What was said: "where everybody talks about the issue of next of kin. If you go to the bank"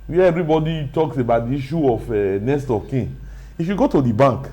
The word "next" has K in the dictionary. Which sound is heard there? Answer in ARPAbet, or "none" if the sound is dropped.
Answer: none